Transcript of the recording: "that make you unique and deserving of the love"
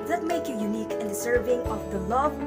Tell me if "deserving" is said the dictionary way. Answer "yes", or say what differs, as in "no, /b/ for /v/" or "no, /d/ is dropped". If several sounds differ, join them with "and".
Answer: no, /s/ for /z/